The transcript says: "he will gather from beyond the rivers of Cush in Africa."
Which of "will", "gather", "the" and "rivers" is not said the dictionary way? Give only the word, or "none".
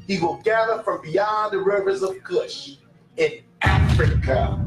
none